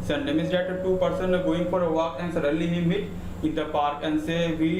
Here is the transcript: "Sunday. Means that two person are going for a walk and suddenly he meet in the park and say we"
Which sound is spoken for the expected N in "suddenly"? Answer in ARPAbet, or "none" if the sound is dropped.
none